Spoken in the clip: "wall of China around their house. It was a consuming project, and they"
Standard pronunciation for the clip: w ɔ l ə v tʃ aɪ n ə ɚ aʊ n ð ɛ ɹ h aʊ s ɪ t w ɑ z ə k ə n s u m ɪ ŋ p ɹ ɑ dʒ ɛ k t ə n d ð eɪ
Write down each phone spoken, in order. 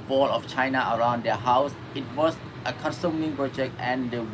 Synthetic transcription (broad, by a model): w ɔ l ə f tʃ aɪ n ə ɚ aʊ n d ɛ h aʊ s ɪ t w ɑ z ə k ə n s u m ɪ ŋ p ɹ ɑ dʒ ɛ k t ə n d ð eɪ